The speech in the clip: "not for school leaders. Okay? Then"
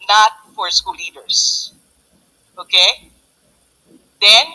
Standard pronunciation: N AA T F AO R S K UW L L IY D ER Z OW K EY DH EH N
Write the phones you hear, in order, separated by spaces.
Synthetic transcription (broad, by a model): N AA T F AO R S K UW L L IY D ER S OW K EY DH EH N